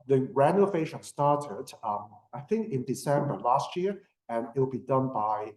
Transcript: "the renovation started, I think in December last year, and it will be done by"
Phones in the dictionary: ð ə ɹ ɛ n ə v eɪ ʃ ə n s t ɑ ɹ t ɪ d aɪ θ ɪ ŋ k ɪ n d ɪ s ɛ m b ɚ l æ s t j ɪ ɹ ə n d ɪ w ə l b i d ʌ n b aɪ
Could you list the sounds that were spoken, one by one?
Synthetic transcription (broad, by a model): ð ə ɹ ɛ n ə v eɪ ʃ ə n s t ɑ ɹ t ɪ d aɪ θ ɪ ŋ k ɪ n d ɪ s ɛ m b ɚ l æ s t j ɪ ɹ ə n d ɪ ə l b i d ʌ n b aɪ